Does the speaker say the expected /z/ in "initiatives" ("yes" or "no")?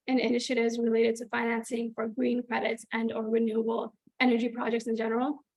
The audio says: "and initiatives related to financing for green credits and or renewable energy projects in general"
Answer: yes